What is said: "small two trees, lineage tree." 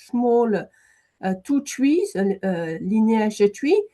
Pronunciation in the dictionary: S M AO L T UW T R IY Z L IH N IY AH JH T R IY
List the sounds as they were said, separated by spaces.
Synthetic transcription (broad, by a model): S M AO L T UW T W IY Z L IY N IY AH ZH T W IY